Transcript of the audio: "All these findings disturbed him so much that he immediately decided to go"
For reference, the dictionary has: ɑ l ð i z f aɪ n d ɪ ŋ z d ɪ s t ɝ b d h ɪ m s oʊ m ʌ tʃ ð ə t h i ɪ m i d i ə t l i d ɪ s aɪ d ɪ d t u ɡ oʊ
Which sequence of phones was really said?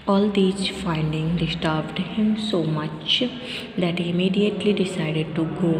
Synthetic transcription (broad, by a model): ɑ l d i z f aɪ n d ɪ ŋ d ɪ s t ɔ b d h ɪ m s oʊ m ʌ tʃ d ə t h i ɪ m i d i ə t l i d ɪ s aɪ d ɪ d t u ɡ oʊ